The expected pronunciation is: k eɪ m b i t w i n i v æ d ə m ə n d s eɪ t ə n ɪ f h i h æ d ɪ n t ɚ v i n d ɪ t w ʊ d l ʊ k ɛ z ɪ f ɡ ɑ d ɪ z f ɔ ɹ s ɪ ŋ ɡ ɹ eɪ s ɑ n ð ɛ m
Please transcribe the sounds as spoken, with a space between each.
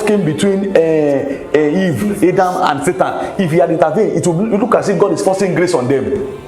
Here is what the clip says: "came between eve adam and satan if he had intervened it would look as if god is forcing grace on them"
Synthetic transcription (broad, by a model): k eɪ m b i t w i n i v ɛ d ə m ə n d s eɪ t ə n ɪ f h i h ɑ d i n t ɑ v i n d ɪ t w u l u k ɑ s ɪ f ɡ ɑ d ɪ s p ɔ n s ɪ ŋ ɡ ɹ eɪ s ɑ n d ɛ m